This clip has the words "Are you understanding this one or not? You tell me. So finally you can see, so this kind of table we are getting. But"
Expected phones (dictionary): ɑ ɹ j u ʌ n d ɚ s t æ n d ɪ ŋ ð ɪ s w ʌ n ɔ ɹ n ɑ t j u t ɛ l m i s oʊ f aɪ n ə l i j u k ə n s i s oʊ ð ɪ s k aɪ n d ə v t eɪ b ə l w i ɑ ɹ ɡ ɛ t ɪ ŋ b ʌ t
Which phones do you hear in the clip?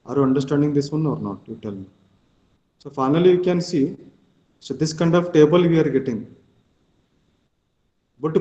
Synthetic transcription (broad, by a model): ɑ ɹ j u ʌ n d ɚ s t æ n d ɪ ŋ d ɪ s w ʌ n ɔ ɹ n ɑ t j u t ɛ l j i s oʊ f aɪ n ə l i j u k ə n s i s oʊ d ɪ s k aɪ n d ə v t eɪ b ə l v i ɑ ɹ ɡ ɛ t ɪ ŋ b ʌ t